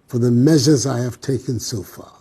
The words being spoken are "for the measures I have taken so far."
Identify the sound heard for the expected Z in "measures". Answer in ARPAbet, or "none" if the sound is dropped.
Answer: Z